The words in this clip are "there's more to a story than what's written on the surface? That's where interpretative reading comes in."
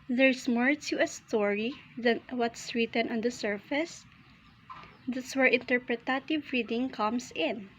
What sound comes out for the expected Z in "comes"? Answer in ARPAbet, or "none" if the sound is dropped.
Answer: S